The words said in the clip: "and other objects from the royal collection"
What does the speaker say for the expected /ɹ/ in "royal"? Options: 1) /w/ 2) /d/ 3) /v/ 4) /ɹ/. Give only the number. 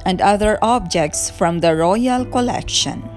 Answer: 4